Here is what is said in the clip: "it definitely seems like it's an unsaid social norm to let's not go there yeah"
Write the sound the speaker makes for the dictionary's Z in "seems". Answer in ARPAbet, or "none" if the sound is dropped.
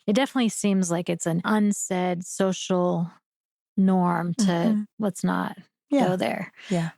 Z